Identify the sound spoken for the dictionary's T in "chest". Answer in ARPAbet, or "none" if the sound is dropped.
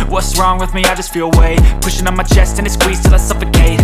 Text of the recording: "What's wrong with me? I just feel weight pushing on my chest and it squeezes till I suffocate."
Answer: T